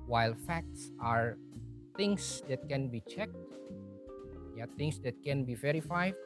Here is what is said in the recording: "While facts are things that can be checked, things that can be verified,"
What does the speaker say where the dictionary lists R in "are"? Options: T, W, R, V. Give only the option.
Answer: R